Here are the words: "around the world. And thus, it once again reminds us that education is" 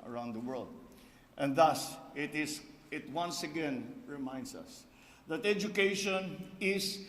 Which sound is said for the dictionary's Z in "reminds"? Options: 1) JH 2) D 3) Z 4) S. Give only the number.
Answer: 4